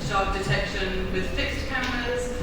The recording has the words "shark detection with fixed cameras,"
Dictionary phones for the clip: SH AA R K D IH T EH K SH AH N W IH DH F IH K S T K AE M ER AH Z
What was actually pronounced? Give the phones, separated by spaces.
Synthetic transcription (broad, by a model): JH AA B D IH T EH K SH AH N W IH DH F IH K S T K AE M ER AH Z